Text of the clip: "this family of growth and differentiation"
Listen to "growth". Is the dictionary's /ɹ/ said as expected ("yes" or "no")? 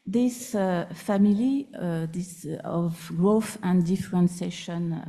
yes